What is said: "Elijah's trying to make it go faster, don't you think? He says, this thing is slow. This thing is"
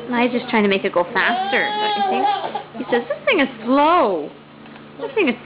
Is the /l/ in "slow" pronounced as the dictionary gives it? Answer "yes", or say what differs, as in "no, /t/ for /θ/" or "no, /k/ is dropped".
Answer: yes